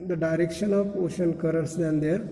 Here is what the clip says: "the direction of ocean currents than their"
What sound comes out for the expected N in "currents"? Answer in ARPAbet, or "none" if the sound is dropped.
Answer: none